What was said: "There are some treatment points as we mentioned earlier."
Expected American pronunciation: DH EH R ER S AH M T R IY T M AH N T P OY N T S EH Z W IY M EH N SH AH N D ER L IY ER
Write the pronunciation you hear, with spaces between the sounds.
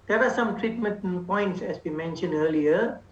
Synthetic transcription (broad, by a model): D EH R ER S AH M T R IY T M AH N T P OY N T S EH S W IY M EH N SH AH N D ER L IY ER